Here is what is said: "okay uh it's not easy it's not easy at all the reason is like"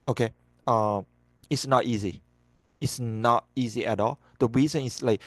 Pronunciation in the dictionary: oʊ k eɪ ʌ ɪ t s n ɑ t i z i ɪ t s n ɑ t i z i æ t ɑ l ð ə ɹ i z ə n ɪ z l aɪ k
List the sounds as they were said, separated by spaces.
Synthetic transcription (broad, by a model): oʊ k eɪ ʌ ɪ t s n ɑ t i z i ɪ t s n ɑ t i z i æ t ɑ l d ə ɹ i z ə n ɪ s l aɪ k